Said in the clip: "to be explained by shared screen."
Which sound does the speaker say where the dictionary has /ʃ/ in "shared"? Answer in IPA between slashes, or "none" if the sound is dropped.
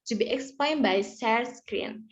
/s/